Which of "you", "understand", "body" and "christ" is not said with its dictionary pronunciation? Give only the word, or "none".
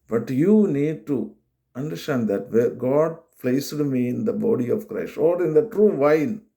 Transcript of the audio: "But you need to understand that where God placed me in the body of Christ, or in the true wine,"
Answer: none